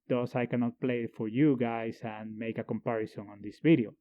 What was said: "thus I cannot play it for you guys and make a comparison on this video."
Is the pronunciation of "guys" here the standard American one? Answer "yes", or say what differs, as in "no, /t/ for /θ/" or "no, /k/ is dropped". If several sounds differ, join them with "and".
no, /s/ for /z/